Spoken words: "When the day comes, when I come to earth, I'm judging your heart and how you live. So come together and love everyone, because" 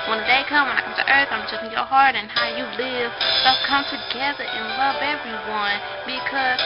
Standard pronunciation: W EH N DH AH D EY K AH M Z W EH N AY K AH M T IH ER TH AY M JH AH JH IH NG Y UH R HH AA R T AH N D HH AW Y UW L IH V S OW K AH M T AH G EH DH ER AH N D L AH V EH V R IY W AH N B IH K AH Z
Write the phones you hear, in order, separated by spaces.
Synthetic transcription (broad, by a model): W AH N DH AH D EY K AH M W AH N AY K AH M T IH ER TH AY M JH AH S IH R HH AA R T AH N HH AW Y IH L IH V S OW K AH M T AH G EH DH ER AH N L AH V EH V R IY W AH N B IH K AH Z